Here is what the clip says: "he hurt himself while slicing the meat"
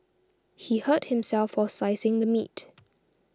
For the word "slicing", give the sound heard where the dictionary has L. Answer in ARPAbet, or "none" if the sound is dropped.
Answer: none